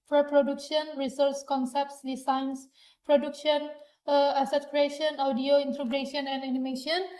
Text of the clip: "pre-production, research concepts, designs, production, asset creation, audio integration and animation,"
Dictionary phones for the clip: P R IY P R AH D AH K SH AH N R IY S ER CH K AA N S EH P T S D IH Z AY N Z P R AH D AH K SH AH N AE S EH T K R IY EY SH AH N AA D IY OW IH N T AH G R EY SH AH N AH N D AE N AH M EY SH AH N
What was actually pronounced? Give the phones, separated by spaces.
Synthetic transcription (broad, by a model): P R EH P R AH D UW K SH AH N R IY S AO S K AA N S EH P T S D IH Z AY N S P R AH D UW K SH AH N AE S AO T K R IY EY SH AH N AA D IY OW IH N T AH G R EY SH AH N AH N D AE N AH M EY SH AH N